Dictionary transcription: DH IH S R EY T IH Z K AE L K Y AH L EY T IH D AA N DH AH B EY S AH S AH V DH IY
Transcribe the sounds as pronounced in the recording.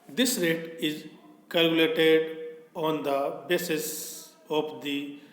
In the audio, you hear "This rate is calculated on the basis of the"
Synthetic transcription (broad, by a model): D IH S R EY T IH Z K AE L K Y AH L EY T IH D AA N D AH B EY S AH S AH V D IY